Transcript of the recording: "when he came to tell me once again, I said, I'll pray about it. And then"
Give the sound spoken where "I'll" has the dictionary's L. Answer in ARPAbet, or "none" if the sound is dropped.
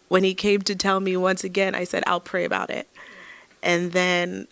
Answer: L